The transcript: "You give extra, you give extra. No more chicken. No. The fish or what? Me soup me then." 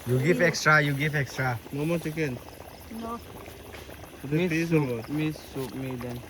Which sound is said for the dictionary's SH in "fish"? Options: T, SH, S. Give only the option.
S